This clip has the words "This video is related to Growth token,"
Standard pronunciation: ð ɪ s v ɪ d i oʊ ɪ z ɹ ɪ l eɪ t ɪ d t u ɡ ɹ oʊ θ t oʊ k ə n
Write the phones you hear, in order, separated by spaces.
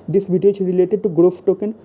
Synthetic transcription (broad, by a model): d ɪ s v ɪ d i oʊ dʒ ɹ ɪ l eɪ t ɪ d t u ɡ ɹ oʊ f t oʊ k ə n